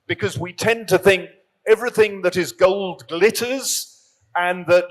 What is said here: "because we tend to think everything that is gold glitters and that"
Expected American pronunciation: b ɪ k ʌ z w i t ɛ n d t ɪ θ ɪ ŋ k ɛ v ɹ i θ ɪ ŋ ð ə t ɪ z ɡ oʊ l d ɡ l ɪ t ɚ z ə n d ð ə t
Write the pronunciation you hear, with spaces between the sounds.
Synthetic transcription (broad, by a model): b ɪ k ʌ z w i t ɛ n t ɪ θ ɪ ŋ k ɛ v ɹ i θ ɪ ŋ ð ə t ɪ z ɡ oʊ l d ɡ l ɪ t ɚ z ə n ð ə t